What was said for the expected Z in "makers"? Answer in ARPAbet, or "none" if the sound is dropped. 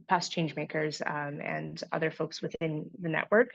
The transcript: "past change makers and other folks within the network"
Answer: Z